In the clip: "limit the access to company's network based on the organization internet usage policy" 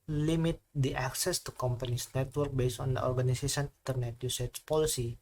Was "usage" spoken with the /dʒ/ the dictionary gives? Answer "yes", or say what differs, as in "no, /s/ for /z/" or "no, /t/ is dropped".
no, /tʃ/ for /dʒ/